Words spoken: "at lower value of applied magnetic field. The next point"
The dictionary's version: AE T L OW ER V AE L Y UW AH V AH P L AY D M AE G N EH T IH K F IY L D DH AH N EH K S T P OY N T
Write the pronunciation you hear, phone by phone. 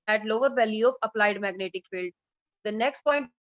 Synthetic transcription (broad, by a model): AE T L OW ER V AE L Y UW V AH P L AY D M AE G N EH T IH K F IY L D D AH N EH K S T P OY N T